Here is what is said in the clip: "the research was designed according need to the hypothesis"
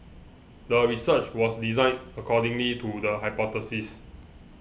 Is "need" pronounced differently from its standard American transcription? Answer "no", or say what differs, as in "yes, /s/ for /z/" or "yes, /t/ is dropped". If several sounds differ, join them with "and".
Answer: yes, /l/ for /n/